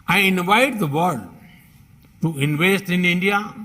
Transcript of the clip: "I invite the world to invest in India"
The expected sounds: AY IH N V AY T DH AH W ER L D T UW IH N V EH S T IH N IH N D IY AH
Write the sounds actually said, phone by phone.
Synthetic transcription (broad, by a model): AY IH N V AY T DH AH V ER D T UW IH N V EH S T IH N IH N D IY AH